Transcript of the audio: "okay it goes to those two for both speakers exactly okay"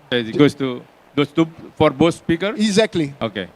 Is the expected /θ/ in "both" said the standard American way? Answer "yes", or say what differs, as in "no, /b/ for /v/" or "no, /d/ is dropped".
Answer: no, /s/ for /θ/